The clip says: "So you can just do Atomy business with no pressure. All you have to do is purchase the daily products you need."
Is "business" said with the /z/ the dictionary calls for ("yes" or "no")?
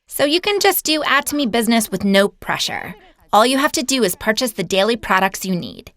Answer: yes